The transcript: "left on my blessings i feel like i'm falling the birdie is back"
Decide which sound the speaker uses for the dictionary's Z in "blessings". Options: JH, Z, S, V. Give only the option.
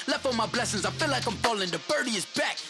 Z